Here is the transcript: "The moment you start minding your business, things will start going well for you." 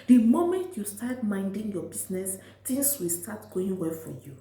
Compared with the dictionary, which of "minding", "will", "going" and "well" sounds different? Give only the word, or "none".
none